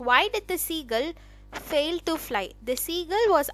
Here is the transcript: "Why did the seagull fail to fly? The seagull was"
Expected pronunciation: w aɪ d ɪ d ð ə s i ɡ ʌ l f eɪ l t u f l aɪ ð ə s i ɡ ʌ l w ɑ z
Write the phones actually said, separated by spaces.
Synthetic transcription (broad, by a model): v aɪ d ɪ d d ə s i ɡ ʌ l f eɪ l t u f l aɪ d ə s i ɡ ʌ l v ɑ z